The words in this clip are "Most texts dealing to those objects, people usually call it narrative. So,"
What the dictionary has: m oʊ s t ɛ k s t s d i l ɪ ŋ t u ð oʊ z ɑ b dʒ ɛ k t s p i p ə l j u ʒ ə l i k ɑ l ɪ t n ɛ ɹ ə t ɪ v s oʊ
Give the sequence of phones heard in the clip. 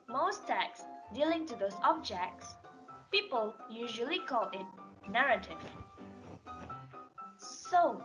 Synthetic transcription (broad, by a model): m oʊ s t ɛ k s s d i l ɪ ŋ t u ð oʊ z ɑ b dʒ ɛ k t s p i p ə l j u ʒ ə l i k ɑ l ɪ t n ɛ ɹ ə t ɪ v s oʊ